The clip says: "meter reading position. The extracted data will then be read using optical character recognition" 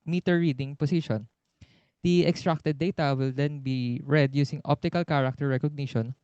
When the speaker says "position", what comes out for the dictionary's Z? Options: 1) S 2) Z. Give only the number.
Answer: 1